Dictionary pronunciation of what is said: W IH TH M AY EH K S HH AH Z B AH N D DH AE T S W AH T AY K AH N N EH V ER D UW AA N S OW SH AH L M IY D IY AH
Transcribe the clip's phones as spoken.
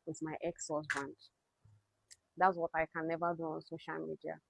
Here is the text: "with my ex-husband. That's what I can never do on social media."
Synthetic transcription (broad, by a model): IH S M AY EH K S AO S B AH N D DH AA T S W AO T AY K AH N N EH V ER D UW AA N S OW SH AH L M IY D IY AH